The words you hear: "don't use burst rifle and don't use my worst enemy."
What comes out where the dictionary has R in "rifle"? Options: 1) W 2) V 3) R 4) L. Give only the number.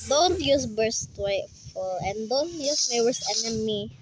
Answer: 1